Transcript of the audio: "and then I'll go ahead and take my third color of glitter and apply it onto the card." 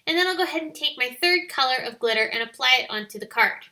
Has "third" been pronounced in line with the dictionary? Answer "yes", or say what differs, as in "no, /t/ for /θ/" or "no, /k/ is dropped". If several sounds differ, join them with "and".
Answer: yes